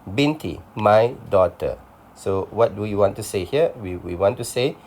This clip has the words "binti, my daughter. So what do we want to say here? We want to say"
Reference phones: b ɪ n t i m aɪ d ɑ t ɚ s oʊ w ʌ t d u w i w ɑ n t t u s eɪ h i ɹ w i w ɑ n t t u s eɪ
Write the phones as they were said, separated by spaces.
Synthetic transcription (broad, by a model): b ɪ n t i m aɪ d ɑ t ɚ s oʊ w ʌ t d u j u w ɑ n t t u s eɪ h i w w i w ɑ n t t u s eɪ